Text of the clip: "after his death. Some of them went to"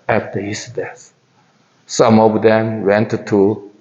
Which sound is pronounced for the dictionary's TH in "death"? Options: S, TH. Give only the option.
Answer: S